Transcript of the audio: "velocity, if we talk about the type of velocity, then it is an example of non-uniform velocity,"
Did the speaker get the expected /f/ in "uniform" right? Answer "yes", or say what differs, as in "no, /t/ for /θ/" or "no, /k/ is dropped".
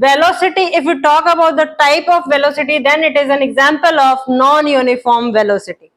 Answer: yes